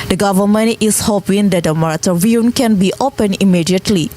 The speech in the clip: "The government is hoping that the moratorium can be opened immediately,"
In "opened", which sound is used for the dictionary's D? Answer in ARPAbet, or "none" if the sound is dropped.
none